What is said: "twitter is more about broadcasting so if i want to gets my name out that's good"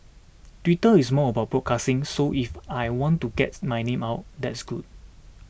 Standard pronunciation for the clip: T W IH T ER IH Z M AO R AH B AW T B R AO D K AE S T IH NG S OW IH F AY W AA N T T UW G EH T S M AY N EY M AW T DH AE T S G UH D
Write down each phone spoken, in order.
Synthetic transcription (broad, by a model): T W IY T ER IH S M AO AH B AW T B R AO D K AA S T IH NG S OW IH F AY W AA N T T UW G EH T M AY N EY M AW T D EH T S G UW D